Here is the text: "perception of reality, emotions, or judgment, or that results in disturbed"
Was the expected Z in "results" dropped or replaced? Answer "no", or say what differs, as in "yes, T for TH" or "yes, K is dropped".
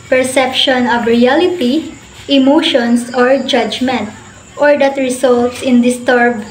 yes, S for Z